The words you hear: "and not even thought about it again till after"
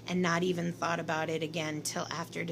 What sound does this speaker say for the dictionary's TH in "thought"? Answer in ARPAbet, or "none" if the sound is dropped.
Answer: TH